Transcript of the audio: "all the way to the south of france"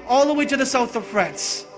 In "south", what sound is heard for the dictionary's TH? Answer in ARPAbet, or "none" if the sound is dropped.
TH